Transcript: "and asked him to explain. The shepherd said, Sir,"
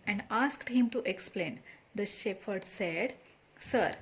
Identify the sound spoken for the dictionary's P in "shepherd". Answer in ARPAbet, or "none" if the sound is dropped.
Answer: F